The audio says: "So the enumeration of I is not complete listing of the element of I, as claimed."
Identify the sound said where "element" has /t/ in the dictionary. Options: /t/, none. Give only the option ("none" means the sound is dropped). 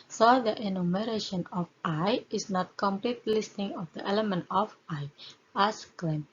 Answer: /t/